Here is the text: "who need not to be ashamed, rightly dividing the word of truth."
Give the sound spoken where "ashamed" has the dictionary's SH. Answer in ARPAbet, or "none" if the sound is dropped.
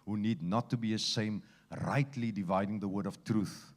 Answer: S